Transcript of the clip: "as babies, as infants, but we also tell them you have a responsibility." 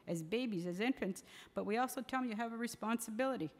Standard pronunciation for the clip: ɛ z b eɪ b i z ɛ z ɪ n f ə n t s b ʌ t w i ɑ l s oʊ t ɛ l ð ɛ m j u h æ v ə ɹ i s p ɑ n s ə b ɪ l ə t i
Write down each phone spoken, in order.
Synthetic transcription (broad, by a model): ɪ z b eɪ b i z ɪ z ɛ n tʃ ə n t s b ʌ t w i ɑ l s oʊ t ɛ l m j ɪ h v ə ɹ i s p ɑ n s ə b ɪ l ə t i